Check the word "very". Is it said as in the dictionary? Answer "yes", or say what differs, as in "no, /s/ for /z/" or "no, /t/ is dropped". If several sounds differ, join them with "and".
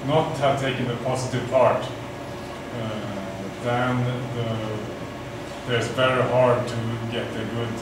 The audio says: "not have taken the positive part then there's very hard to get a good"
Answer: no, /b/ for /v/